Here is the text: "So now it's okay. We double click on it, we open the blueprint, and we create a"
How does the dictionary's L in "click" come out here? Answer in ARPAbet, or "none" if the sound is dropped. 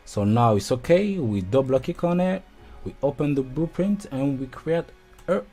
none